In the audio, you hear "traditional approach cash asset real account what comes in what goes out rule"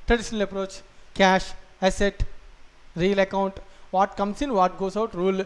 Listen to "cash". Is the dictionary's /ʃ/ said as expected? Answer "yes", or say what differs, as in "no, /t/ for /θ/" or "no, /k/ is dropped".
yes